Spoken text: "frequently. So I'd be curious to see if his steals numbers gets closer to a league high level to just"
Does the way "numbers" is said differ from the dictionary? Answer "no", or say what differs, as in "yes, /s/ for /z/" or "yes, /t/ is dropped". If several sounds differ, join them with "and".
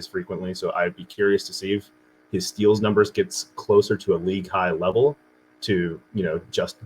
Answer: no